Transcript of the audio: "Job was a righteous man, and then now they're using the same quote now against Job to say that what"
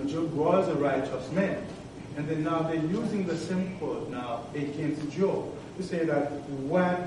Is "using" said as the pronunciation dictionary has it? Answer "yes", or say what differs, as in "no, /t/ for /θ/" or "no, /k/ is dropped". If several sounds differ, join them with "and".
yes